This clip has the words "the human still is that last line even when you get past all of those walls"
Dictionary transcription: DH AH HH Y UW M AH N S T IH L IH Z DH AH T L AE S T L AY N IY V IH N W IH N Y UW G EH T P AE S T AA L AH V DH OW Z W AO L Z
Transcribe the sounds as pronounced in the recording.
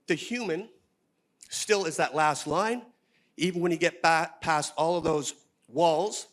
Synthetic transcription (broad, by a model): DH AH HH Y UW M AH N S T IH L IH Z DH AH T L AE S T L AY N IY V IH N W IH N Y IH G EH T P AE S T AA L AH V DH OW Z W AO L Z